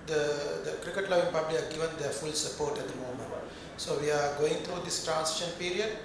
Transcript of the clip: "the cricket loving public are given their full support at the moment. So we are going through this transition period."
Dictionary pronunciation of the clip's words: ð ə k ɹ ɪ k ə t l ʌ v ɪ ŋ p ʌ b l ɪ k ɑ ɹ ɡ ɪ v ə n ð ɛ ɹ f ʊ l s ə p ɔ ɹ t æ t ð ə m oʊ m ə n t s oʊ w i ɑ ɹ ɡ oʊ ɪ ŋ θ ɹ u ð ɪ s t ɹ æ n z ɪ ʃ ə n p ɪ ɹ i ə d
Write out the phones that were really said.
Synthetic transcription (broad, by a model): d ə k ɹ ɪ k ə t l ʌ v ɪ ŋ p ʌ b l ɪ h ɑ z ɡ ɪ v ə n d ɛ ɹ f ʊ l s ə p ɔ ɹ t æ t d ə m oʊ m ə n t s oʊ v i ɑ ɹ ɡ oʊ ɪ ŋ t ɹ u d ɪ s t ɹ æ n s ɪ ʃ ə n p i ɹ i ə d